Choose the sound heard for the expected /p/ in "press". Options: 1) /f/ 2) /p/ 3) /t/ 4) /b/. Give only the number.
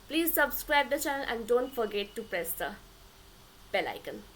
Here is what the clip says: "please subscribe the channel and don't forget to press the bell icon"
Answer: 2